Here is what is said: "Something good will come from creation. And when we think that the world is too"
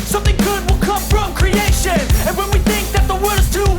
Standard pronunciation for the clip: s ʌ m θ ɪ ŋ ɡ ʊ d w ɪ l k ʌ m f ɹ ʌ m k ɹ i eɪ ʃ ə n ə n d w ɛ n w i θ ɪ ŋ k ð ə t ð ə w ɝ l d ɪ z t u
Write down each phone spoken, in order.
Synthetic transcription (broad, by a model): s ʌ m θ ɪ ŋ ɡ ʊ d w ɪ l k ʌ m f ɹ ʌ m k ɹ i eɪ ʃ ə n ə n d w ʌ n w i θ ɪ ŋ k ð ə t ð ə w ɝ d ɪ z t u